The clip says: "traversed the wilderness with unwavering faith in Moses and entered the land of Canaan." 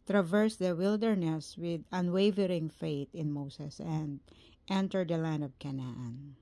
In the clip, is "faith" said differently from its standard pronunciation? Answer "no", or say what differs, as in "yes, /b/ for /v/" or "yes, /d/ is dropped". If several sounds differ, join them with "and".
yes, /t/ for /θ/